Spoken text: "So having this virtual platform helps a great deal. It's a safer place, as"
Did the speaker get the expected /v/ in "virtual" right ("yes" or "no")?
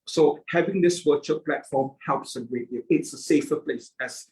no